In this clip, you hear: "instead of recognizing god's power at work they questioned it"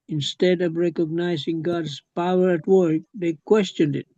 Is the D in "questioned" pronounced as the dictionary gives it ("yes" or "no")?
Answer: yes